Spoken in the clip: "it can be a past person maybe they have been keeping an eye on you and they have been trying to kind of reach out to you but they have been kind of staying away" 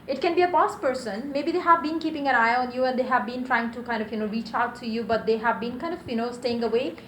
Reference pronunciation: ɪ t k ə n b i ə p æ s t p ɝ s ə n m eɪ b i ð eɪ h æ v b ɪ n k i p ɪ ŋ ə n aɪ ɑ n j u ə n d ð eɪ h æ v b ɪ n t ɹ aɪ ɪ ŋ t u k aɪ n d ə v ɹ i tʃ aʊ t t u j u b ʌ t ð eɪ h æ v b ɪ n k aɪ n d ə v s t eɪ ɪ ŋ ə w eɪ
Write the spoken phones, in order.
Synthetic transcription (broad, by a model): ɪ t k ə n b i ə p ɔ s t p ɝ s ə n m eɪ b i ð eɪ h æ v b ɪ n k i p ɪ ŋ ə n aɪ ɑ n j u ə n d eɪ h æ v b ɪ n t ɹ aɪ ɪ ŋ t u k aɪ n d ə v ɹ i tʃ aʊ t t u j u b ʌ t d eɪ h æ v b ɪ n k aɪ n d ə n s t eɪ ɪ ŋ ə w eɪ